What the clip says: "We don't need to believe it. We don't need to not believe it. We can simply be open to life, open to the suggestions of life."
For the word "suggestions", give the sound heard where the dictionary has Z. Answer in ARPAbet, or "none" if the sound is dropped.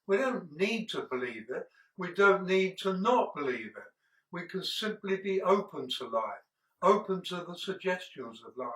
Z